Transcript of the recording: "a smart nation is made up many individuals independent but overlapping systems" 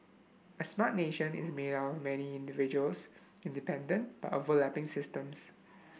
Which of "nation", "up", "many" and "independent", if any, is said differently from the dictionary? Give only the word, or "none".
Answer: up